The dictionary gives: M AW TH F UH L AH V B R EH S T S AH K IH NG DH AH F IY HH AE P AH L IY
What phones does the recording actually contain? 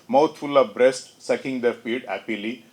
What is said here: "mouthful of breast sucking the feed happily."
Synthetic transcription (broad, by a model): M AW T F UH L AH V B R EH S T S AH K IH NG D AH F IY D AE P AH L IY